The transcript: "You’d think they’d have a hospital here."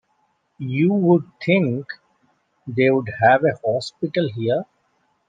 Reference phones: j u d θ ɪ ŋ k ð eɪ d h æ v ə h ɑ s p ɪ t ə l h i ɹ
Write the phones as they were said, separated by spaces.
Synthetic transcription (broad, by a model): j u d t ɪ ŋ k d eɪ d h æ v ə h ɑ s p ɪ t ə l h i ɹ